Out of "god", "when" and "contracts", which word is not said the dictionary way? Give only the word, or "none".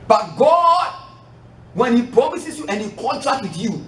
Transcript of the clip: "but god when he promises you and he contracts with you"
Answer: contracts